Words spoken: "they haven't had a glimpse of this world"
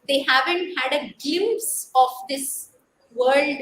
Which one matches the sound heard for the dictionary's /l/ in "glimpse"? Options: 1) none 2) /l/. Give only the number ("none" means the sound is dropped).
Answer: 1